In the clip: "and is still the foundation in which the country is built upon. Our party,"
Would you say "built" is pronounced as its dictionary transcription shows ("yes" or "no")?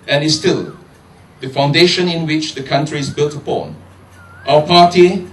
yes